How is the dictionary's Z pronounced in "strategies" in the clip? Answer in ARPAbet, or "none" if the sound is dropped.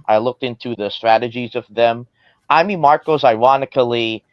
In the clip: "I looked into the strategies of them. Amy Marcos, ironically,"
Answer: Z